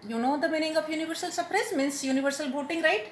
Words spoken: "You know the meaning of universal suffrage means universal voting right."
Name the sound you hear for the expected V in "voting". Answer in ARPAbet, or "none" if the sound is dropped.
B